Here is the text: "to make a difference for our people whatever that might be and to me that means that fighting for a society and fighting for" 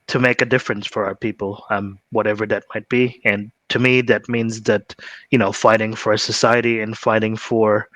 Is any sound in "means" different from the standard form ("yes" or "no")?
no